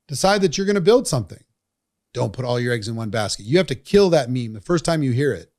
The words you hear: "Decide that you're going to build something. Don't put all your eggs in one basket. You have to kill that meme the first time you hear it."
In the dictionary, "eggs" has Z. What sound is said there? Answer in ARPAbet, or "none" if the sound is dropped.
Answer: Z